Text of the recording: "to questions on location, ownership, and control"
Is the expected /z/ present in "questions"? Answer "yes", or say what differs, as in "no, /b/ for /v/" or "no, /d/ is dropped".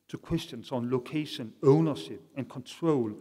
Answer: no, /s/ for /z/